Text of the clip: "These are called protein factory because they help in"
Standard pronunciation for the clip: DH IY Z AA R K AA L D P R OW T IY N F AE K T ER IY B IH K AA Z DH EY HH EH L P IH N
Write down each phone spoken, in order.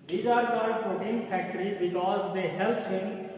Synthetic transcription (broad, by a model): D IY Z AA R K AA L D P OW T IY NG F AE K T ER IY B IH K AA Z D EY HH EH L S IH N